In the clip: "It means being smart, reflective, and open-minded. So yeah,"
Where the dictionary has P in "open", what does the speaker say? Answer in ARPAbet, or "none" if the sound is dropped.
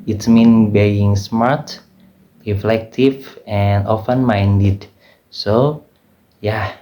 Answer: F